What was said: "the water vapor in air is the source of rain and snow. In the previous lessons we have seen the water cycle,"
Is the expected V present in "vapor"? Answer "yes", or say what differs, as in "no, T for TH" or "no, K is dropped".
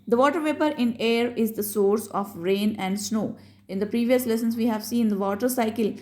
yes